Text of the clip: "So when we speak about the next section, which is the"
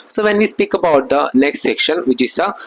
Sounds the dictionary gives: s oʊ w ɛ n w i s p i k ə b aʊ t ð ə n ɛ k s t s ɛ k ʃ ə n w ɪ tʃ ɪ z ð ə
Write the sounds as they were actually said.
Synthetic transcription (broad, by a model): s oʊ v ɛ n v i s p i k ə b aʊ t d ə n ɛ k s t s ɛ k ʃ ə n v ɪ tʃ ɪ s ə